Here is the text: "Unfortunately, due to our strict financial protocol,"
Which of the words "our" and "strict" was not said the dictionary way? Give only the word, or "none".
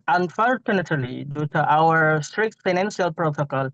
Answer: none